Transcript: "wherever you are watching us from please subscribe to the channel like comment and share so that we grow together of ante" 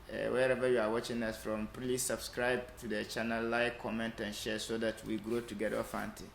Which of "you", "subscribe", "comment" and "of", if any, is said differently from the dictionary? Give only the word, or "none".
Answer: of